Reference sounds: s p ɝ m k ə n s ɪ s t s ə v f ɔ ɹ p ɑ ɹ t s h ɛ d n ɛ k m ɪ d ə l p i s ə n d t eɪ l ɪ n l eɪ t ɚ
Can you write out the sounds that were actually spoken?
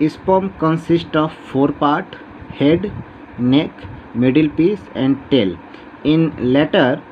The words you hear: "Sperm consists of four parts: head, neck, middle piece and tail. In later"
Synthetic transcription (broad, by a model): s p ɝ m k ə n s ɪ s t ə v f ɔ ɹ p ɑ ɹ t h ɛ d n ɛ k m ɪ d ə l p i s ə n d t eɪ l ɪ n l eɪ t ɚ